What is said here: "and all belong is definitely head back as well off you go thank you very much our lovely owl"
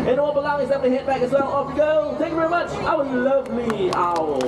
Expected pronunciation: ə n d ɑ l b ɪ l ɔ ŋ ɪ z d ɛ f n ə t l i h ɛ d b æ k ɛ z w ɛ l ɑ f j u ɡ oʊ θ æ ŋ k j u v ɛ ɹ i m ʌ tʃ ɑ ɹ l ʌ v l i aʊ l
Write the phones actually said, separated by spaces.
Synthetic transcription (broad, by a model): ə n ɑ l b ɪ l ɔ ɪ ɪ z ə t i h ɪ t b æ k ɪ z w ɛ l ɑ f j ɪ ɡ oʊ θ æ ŋ k j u v ɛ ɹ i m ʌ tʃ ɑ w l ʌ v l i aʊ